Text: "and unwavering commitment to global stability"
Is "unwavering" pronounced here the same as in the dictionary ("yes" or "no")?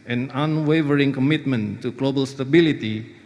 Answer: yes